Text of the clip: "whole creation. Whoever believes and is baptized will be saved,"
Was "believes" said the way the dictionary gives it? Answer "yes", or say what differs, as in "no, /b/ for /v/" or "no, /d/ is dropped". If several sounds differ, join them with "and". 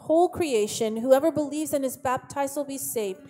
yes